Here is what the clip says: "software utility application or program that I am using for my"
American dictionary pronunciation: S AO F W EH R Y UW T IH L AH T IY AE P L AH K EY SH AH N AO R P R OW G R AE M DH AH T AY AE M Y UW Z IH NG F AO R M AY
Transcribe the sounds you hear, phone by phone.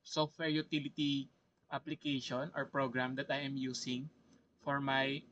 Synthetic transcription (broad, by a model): S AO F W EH R Y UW T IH L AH T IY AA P L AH K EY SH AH N AO R P R OW G R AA M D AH T AY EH M Y UW S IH NG F AO R M AY